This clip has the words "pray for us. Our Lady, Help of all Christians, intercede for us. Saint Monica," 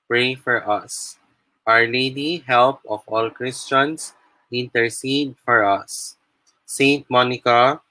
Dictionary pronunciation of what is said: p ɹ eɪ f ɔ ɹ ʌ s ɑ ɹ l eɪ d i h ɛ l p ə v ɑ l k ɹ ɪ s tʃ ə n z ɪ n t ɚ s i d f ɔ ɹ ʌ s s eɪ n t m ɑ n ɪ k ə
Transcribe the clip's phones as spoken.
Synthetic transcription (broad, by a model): p ɹ eɪ f ɔ ɹ ʌ s ɑ ɹ l eɪ d i h ɛ l p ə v ɑ l k ɹ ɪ s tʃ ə n s ɪ n t ɚ s i d f ɔ ɹ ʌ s s eɪ n t m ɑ n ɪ k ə